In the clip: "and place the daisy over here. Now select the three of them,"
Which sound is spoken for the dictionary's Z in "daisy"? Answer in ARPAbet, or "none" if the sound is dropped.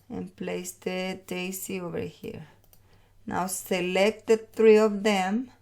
S